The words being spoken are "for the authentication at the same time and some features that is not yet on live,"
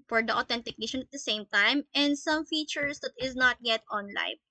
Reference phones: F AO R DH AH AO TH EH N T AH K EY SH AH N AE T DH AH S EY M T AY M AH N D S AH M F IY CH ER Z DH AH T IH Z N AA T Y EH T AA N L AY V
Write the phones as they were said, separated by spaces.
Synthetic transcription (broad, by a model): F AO R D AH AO T EH N T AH K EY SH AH N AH T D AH S EY M T AY M AH N D S AH M F IY CH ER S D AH T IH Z N AA T Y EH T AA N L AY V